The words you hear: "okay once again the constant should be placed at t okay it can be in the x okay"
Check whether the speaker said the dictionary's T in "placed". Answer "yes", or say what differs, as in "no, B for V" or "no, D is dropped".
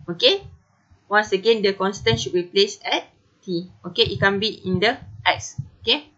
no, T is dropped